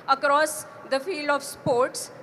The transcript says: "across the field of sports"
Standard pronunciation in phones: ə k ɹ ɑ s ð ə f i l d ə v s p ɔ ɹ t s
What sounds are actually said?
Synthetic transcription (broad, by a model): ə k ɹ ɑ s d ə f i l d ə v s p ɔ ɹ t s